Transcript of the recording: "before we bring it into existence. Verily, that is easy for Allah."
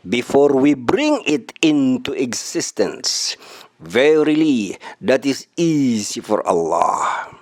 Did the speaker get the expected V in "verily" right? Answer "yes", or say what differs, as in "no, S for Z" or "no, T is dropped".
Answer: yes